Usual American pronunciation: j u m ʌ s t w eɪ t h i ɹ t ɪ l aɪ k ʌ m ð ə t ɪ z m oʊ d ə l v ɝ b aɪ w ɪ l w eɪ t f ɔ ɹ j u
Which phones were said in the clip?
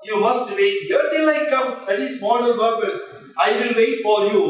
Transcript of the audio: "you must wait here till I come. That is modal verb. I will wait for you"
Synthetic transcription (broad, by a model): j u m ʌ s t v eɪ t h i ɹ t ɪ l aɪ k ʌ m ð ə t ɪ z m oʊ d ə n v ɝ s aɪ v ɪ l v eɪ t f ɔ ɹ j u